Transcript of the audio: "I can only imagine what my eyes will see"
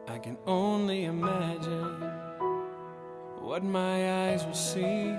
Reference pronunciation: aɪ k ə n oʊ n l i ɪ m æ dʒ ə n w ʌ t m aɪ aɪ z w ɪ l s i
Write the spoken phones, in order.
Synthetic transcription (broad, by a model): aɪ k ə n oʊ n l i ɪ m æ dʒ ə n w ʌ t m aɪ aɪ z w ɪ l s i